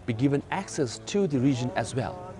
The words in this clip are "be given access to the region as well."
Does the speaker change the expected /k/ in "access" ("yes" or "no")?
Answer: no